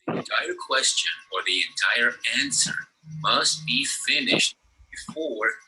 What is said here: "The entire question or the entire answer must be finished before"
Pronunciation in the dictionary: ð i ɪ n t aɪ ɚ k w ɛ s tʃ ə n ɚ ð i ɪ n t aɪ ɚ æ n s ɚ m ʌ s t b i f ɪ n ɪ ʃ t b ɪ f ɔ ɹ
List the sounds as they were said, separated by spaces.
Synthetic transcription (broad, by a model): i ɪ n t aɪ ɚ k w ɛ s tʃ ə n ɚ ð i ɪ n t aɪ ɚ æ n s ɚ m ʌ s t b i f ɪ n ɪ ʃ t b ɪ f ɔ ɹ